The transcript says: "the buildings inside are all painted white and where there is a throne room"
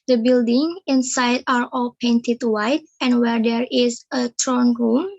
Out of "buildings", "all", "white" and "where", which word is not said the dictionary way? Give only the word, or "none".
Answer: buildings